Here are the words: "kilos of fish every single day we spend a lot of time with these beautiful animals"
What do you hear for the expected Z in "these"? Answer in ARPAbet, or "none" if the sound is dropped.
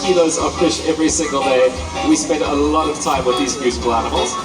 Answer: Z